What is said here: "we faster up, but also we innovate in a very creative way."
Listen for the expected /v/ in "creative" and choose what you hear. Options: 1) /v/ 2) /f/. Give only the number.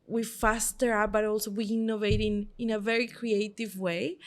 1